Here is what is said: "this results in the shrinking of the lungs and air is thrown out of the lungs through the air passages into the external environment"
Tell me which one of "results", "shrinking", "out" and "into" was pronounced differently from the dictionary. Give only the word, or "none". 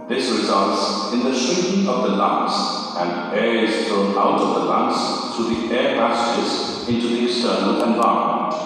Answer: shrinking